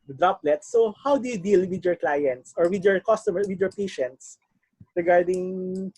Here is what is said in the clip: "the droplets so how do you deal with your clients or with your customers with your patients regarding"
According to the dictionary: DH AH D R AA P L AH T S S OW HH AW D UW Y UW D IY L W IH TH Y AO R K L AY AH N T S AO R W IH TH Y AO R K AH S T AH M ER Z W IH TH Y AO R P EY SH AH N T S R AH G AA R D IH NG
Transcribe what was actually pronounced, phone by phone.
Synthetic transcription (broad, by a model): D R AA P L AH T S S OW HH AW D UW Y UW D IY L W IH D Y AO R K L AY AH N T S AO R W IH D Y AO R K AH S T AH M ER W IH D Y AO R P EY SH AH N T S R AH G AA R D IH NG